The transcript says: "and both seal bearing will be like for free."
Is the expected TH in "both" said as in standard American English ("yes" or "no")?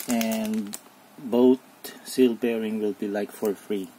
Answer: no